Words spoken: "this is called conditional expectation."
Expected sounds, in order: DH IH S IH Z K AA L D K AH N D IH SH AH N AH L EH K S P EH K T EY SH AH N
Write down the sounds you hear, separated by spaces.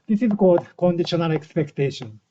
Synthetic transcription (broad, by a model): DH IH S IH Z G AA D K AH N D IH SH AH N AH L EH K S P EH K T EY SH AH N